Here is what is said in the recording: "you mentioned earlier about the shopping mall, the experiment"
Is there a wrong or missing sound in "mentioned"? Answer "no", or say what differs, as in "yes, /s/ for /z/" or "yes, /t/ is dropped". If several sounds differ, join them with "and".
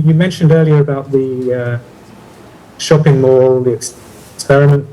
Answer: no